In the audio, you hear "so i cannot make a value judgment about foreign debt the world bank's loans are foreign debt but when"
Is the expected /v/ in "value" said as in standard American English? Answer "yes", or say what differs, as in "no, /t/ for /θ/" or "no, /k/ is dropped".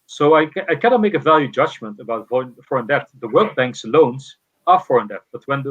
yes